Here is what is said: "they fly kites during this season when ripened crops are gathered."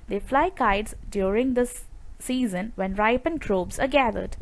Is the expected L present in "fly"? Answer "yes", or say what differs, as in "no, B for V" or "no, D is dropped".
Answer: yes